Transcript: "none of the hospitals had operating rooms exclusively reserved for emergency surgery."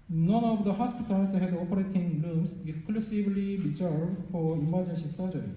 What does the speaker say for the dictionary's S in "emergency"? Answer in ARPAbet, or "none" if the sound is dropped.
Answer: SH